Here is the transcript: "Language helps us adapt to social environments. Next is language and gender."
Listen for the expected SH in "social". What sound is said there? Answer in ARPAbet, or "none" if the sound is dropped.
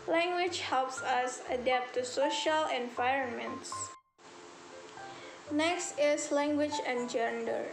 SH